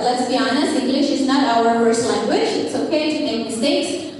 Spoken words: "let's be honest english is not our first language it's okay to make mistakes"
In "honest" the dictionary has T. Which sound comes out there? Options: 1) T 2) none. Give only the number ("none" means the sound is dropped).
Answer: 2